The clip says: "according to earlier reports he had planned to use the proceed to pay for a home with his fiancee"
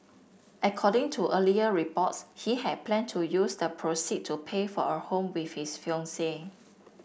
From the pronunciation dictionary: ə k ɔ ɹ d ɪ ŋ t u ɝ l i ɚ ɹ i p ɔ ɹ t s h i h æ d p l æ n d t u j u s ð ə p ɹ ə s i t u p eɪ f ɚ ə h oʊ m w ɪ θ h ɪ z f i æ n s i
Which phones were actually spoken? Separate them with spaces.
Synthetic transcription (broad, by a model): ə k ɔ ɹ d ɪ ŋ t u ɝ l i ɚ ɹ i p ɔ t s h i h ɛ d p l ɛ n t u j u s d ə p ɹ ə s i t u p eɪ f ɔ ə h oʊ m w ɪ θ h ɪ s f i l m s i